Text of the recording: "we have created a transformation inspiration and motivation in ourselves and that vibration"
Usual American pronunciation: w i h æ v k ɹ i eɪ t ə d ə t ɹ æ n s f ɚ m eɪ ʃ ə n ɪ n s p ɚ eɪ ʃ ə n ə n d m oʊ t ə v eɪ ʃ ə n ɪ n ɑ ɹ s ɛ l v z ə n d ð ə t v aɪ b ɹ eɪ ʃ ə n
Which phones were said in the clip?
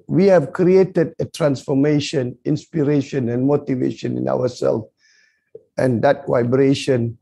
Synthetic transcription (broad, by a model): w i h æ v k ɹ i eɪ t ə d ə t ɹ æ n s f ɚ m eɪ ʃ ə n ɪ n s p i eɪ ʃ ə n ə n m oʊ t ə v eɪ ʃ ə n ɪ n ɑ w s ɛ l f ə n d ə t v aɪ b ɹ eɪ ʃ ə n